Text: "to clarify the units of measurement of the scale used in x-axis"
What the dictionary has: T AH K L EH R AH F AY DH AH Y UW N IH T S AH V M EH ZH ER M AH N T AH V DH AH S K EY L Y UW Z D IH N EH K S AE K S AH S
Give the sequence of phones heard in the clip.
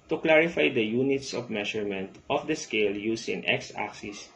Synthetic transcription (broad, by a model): T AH K L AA R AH F AY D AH Y UW N IH T S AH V M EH SH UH M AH N T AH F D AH S K EY L Y UW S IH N EH K S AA K S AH S